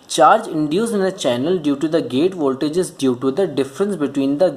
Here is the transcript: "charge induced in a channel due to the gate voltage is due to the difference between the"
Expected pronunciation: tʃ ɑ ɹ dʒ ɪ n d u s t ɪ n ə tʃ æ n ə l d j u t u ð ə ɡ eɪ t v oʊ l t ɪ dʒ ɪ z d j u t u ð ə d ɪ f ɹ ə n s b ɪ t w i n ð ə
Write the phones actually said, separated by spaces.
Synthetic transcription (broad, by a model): tʃ ɑ ɹ dʒ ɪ n d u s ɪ n ə tʃ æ n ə l d j u t u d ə ɡ eɪ t v oʊ l t ɪ dʒ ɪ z d j u t u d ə d ɪ f ɹ ə n s b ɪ t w i n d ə